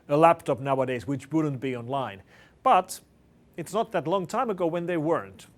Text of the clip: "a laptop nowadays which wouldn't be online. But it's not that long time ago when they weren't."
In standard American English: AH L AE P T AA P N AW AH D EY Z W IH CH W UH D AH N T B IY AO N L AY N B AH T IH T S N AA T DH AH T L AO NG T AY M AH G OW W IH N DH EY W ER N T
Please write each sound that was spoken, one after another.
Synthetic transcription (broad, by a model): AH L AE P T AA P N AW AH D EY Z W IH CH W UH D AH N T B IY AO N L AY N B AH T IH T S N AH T DH AH T L AO NG T AY M AH G OW W IH N DH EY W ER N T